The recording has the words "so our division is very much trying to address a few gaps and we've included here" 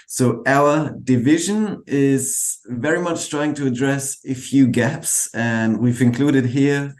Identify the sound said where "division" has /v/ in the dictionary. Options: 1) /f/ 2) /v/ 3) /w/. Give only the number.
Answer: 2